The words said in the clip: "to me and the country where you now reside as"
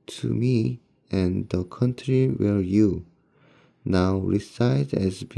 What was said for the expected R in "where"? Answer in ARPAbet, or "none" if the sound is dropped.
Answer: L